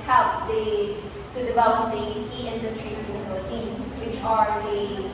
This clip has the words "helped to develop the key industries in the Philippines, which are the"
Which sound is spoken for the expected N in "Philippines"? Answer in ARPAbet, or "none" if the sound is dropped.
none